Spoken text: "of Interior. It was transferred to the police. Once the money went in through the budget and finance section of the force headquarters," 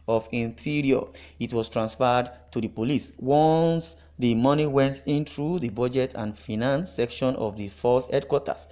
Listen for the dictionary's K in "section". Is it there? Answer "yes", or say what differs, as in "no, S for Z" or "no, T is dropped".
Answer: yes